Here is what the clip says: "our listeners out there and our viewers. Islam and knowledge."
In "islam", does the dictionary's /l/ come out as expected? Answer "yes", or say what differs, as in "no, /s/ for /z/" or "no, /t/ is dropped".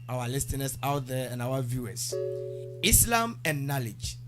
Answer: yes